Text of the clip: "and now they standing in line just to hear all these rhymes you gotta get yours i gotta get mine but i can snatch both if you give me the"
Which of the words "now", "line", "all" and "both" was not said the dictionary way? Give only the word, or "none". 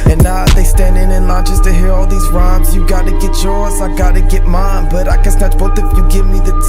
both